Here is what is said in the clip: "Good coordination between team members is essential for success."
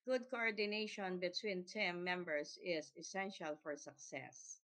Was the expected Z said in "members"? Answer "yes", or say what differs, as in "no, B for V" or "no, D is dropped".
no, S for Z